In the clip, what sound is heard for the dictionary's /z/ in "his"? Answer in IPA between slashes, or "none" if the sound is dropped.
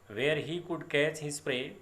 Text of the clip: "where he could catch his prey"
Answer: /s/